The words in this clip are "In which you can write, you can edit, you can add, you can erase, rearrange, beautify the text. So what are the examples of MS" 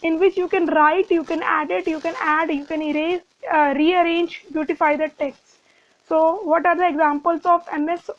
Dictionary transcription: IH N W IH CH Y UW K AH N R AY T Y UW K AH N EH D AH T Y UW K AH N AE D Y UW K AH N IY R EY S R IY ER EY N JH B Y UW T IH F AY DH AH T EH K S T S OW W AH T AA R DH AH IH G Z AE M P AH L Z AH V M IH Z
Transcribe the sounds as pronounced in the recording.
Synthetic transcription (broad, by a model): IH N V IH CH Y UW K AH N R AY T Y UW K AH N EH D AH T Y UW K AH N AE D Y UW K AH N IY R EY R IY ER EY N JH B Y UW T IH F AY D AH T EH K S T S OW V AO T AA R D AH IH G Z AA M P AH L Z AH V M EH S